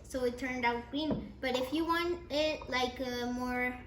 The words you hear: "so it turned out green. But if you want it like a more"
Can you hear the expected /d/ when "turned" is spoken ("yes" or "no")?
yes